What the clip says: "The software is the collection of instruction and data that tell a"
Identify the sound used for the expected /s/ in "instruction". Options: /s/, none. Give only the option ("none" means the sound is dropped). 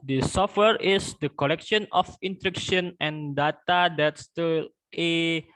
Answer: none